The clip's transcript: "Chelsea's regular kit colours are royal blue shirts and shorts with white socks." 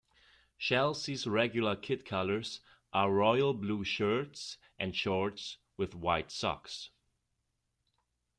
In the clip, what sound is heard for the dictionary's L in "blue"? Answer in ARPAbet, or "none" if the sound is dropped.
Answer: L